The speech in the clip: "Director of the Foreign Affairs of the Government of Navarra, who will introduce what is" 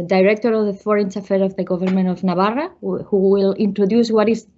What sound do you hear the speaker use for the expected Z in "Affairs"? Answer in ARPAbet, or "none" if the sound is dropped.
none